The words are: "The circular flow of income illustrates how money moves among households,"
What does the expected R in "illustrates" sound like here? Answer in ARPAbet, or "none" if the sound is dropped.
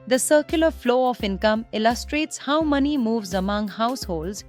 R